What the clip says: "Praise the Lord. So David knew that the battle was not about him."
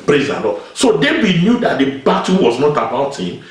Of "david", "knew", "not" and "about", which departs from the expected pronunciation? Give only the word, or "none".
david